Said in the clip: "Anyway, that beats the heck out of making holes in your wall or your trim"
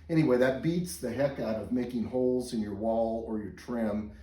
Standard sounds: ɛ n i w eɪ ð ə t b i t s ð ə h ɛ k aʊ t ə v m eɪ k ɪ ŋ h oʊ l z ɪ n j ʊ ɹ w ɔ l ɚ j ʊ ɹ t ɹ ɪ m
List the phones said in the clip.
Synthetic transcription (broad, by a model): ɛ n i w eɪ ð ə t b i t s ð ə h ɛ k aʊ t ə v m eɪ k ɪ ŋ h oʊ l z ɪ n j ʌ ɹ w ɔ l ɚ j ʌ ɹ t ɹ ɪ m